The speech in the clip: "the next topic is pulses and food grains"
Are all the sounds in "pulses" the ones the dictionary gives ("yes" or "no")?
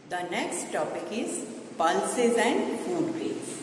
yes